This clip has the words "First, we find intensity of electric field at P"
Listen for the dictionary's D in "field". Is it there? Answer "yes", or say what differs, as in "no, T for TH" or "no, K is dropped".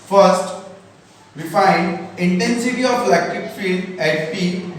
no, D is dropped